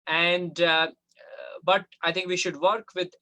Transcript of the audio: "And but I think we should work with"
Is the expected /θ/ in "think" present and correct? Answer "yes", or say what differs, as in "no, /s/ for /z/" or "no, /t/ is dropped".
no, /t/ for /θ/